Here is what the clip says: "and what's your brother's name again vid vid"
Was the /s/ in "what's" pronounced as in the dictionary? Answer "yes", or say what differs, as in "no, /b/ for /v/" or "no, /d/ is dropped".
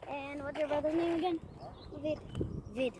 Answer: no, /s/ is dropped